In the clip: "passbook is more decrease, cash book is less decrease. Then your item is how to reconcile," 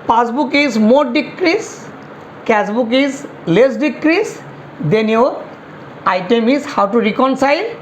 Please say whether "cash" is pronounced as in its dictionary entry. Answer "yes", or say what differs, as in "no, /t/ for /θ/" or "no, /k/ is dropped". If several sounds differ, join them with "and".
no, /s/ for /ʃ/